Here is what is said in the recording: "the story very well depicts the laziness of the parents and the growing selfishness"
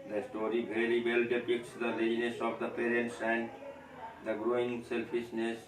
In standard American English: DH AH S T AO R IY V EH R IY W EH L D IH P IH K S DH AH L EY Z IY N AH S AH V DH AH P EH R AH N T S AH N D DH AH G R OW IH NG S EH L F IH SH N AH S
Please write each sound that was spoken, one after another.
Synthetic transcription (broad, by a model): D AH S T AO R IY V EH L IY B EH L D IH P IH K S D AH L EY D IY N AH S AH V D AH P EH R AH N T S AH N D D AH G R OW IH NG S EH L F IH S N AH S